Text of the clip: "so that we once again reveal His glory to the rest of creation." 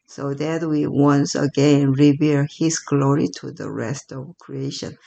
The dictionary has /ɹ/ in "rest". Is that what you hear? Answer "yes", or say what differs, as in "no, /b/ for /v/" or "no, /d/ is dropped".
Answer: yes